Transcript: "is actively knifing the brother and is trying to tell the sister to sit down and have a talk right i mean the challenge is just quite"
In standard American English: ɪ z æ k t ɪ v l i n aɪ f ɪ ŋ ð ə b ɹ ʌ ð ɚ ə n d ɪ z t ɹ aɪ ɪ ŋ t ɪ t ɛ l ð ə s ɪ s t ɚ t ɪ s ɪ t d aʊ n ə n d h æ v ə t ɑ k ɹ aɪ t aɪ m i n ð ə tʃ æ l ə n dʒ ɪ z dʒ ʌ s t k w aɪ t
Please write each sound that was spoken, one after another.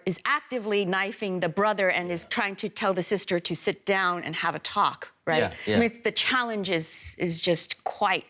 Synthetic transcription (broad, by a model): ɪ z æ k t ɪ v l i n aɪ f ɪ ŋ ð ə b ɹ ʌ ð ɚ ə n ɪ z t ɹ aɪ ɪ ŋ t ɪ t ɛ l ð ə s ɪ s t ɚ t ɪ s ɪ t d aʊ n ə n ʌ v ə t ɑ k ɹ aɪ t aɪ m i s ð ə tʃ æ l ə n dʒ ɪ z dʒ ʌ s t k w aɪ t